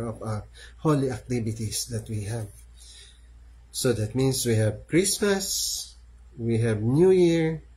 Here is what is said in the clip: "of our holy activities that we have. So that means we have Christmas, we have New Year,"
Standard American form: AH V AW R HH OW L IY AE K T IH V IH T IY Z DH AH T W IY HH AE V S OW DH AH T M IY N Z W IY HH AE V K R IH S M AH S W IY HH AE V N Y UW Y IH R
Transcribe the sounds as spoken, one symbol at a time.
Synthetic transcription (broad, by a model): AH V AW R HH OW L IY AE K T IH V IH T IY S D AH T W IY HH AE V S OW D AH T M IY N S W IY HH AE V K R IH S M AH S W IY HH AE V N Y UW Y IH R